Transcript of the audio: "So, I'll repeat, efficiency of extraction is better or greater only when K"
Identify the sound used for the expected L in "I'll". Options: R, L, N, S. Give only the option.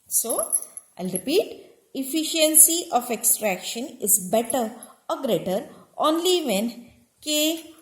L